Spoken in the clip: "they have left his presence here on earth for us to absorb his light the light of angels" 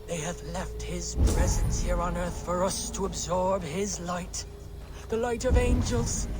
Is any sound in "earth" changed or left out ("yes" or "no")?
no